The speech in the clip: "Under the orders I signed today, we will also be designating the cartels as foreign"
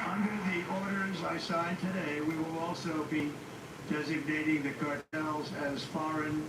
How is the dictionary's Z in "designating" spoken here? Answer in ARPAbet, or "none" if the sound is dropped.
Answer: Z